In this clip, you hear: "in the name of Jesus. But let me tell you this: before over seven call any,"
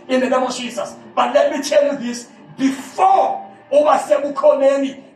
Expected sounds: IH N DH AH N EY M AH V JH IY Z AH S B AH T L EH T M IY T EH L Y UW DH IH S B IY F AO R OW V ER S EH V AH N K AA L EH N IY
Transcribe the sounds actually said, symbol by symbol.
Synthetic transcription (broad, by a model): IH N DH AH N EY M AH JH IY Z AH S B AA T L EH T M IY T EH L Y UW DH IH S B IY F AO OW B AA S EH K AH K AA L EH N IY